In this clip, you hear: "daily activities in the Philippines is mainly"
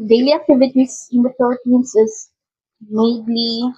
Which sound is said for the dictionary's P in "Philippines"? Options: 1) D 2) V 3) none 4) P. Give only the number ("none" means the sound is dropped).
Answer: 3